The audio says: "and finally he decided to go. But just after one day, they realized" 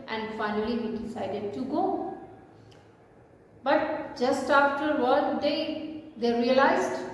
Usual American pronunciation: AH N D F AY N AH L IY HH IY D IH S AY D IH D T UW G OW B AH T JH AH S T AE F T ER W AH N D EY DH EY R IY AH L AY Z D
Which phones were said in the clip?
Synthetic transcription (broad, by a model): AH N D F AY N AH L IY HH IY D IH S AY D IH D T UW G OW B AH T JH AH S T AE F T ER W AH L D EY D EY R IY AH L AY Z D